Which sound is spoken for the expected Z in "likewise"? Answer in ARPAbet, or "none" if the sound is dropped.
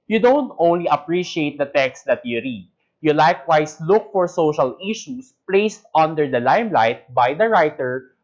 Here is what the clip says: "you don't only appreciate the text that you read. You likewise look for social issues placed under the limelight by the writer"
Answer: S